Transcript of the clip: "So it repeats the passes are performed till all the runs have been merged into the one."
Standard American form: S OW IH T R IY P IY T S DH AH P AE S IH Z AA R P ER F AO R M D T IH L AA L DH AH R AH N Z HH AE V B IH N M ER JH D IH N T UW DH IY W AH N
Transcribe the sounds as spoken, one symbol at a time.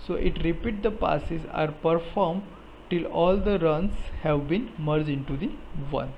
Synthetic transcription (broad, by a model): S OW IH T R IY P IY T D AH P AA S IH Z AA R P ER F AO R M D T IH L AA L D AH R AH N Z HH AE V B IH N M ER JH IH N T UW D IY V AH N